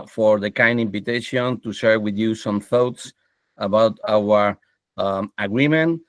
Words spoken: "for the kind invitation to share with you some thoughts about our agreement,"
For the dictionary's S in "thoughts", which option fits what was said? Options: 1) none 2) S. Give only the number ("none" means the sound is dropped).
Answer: 2